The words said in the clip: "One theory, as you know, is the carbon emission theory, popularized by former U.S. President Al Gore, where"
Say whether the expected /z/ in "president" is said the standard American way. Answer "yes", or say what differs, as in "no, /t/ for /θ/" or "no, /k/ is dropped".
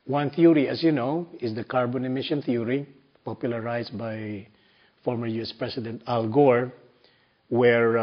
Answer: no, /s/ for /z/